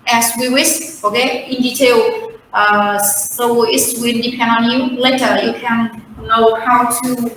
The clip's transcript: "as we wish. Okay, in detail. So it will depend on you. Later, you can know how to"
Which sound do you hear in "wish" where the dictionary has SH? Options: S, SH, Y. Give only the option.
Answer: S